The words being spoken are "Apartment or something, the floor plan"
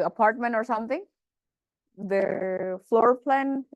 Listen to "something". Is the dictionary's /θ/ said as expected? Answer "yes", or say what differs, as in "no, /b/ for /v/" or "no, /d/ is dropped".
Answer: no, /t/ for /θ/